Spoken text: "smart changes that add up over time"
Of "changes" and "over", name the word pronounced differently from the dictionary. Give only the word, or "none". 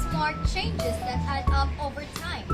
none